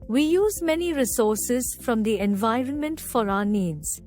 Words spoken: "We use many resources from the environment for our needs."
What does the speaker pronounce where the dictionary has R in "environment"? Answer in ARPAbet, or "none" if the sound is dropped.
R